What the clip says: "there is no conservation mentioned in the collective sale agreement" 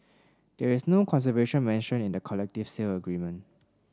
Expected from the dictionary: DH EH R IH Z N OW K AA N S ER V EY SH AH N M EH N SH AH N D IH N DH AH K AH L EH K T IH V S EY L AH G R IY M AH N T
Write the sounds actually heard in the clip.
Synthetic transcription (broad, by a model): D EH R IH S N OW K AA N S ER V EY SH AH N M EH N SH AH N IH N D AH K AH L EH K T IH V S EY L AH G R IY M AH N T